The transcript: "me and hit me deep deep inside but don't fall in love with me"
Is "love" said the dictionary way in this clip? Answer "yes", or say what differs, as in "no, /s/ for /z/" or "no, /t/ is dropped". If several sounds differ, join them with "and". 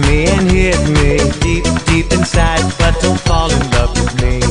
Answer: no, /p/ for /v/